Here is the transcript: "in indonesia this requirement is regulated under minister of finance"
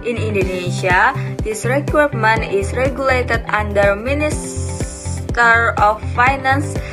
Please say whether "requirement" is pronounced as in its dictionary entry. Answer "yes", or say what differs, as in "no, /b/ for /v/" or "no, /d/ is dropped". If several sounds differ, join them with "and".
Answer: no, /t/ is dropped